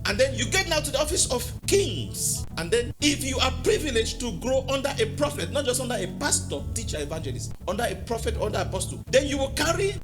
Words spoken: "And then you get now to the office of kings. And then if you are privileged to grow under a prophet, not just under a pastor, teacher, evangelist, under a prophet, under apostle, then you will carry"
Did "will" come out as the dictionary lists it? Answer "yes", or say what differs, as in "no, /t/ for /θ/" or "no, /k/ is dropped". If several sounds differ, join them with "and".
yes